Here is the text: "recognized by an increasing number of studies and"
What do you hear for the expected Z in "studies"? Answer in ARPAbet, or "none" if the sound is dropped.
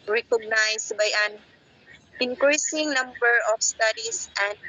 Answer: S